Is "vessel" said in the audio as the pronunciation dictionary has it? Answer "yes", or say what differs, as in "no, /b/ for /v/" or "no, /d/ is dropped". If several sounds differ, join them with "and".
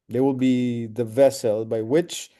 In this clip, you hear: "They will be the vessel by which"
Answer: yes